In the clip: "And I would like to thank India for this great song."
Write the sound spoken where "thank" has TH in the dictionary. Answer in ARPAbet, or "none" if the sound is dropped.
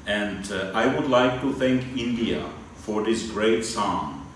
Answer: TH